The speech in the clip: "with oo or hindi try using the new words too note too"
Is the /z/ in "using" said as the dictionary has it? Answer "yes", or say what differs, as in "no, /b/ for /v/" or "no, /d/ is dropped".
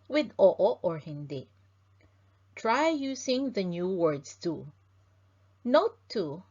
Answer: no, /s/ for /z/